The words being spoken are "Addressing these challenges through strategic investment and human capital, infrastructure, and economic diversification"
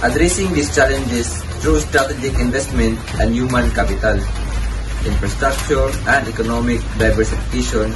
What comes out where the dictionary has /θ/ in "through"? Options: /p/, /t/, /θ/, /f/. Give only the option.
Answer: /t/